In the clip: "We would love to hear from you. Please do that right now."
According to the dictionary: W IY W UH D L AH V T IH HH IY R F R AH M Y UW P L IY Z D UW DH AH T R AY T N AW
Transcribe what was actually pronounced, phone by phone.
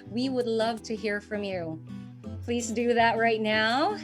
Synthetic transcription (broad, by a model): W IY W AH D L AH V T IH HH IY R F R AH M Y UW P L IY Z D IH DH AH T R AY T N AW